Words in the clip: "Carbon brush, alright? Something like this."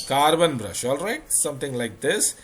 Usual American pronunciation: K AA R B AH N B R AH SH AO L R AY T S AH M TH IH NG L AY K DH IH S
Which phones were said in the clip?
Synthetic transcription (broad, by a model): K AA R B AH N B R AH SH AO L R AY T S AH M T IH NG L AY K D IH S